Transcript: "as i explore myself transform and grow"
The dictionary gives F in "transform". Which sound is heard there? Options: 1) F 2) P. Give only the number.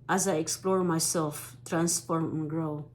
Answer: 2